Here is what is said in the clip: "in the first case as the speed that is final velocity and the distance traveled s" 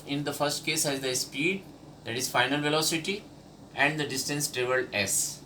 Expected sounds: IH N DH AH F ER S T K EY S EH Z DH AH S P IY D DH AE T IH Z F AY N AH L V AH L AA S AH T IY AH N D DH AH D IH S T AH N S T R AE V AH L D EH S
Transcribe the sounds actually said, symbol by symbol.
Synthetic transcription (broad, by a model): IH N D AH F ER S T K EY S EH Z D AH S P IY D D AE T IH Z F AY N AH L V AH L AA S AH T IY AH N D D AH D IH S T AH N S T R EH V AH L EH S